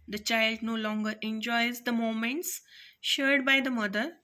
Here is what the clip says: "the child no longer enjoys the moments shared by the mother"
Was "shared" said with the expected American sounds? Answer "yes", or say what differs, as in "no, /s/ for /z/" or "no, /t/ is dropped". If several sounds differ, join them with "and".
yes